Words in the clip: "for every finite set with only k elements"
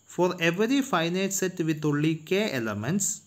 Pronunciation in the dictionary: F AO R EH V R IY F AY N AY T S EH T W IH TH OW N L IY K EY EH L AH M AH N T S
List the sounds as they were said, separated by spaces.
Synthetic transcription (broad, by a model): F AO R EH V R IY F AY N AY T S EH T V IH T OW L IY K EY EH L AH M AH N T S